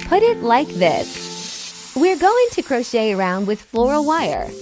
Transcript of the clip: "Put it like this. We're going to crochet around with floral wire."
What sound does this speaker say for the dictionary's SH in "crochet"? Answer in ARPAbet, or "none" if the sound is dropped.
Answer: SH